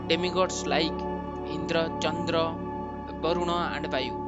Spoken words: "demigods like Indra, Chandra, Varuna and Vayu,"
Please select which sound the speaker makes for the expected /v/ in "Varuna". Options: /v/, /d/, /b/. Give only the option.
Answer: /b/